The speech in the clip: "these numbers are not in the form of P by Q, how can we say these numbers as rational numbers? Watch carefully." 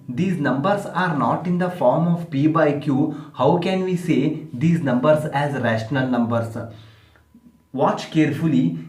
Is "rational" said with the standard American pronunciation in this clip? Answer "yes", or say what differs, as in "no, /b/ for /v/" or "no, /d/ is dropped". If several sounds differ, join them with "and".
yes